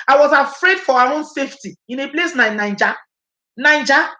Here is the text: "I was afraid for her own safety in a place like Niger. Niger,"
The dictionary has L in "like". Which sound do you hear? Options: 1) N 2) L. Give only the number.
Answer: 1